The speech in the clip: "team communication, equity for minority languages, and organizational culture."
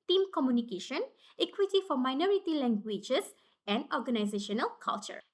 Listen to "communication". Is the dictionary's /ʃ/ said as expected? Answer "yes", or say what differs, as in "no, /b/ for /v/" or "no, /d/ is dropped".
yes